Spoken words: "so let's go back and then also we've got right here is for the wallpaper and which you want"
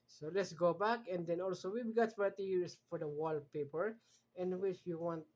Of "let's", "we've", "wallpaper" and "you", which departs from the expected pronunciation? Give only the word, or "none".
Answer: we've